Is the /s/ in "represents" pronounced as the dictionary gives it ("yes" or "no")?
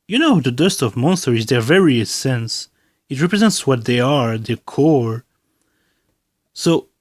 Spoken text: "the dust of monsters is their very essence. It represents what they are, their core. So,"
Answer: yes